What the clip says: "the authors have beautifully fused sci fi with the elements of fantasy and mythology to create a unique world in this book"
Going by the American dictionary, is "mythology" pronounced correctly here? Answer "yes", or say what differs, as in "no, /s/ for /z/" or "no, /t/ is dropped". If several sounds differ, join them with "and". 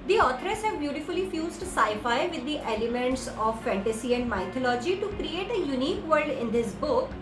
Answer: no, /t/ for /θ/